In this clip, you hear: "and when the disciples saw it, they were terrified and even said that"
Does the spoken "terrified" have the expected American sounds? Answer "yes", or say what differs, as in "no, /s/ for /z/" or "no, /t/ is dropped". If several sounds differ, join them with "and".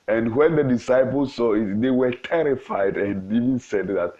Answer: yes